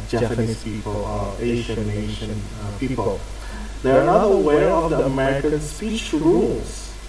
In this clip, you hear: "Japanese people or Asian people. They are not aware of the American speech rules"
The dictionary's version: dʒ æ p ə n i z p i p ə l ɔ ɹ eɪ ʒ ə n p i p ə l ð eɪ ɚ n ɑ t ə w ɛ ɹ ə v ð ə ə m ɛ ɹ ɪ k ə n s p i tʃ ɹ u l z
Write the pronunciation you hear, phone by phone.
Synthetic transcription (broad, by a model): dʒ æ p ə n i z p i p ə l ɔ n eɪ ʃ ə n p i p ə l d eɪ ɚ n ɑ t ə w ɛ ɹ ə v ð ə ə m ɛ ɹ ɪ k ə n s p i tʃ ɹ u l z